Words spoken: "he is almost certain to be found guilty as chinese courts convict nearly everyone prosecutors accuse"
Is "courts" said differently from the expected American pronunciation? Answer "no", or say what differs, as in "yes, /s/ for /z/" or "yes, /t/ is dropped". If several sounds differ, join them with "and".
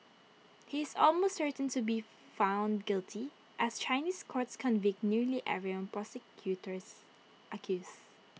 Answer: no